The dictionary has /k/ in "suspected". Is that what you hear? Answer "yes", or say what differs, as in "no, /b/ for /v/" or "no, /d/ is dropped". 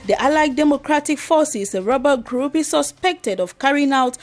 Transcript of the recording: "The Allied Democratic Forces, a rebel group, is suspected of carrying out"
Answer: yes